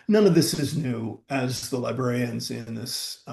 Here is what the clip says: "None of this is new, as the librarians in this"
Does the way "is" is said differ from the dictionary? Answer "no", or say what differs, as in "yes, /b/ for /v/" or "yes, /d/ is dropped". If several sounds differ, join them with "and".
no